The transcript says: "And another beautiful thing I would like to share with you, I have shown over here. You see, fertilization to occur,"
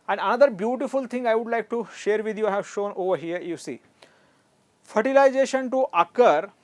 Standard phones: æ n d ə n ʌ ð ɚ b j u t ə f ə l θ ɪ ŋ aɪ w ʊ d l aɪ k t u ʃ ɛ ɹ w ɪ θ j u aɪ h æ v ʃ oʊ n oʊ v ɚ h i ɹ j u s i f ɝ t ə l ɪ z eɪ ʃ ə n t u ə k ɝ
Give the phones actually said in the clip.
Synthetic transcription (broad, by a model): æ n d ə n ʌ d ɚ b j u t ə f ə l t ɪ ŋ aɪ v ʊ d l aɪ k t u ʃ ɛ ɹ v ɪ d j u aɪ h æ v ʃ oʊ n oʊ v ɚ h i ɹ j u s i f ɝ t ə l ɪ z eɪ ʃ ə n t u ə k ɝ